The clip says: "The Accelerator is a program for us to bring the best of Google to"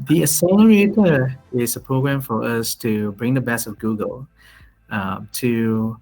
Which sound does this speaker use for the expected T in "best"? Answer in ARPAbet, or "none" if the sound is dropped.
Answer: none